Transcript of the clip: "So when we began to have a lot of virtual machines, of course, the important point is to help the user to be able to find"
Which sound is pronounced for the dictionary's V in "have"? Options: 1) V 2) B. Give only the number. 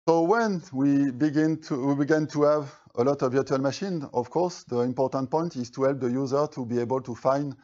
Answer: 2